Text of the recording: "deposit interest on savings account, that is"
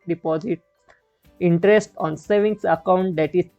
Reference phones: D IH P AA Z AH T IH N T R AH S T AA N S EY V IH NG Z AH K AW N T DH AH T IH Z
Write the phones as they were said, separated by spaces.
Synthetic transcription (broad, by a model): D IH P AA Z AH T IH N T R AH S T AA N S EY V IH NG S AH K AW N T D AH T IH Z